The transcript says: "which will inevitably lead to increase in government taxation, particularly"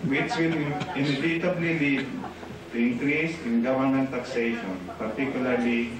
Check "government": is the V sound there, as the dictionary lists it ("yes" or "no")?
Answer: no